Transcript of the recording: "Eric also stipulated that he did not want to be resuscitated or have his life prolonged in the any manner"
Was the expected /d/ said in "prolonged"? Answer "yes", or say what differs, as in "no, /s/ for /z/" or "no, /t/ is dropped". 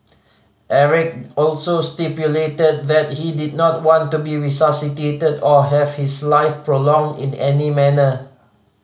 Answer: yes